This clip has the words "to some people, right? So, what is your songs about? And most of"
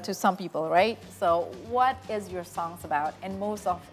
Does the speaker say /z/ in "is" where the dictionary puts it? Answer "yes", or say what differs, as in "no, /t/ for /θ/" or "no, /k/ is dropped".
yes